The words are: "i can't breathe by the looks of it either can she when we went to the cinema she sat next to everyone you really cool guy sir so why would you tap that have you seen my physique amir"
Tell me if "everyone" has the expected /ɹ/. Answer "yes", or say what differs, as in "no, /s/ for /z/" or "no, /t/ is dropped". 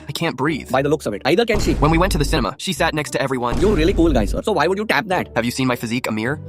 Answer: yes